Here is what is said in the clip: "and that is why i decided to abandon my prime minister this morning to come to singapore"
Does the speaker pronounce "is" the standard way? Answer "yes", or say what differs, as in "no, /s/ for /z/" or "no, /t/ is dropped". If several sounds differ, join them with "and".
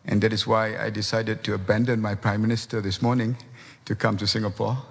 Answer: no, /s/ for /z/